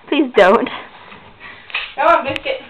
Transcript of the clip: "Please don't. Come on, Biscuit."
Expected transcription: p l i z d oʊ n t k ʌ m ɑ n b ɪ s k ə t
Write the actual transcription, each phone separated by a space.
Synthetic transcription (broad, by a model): p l i z d oʊ n t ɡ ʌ ʊ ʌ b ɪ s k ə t